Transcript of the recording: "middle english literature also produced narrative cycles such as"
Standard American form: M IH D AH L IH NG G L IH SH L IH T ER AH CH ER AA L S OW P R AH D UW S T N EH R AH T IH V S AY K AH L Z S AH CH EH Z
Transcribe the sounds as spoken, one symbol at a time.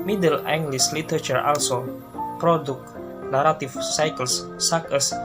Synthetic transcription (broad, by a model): M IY D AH L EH NG G L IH S L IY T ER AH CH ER AA L S OW P R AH D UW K N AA R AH T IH F S AY K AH L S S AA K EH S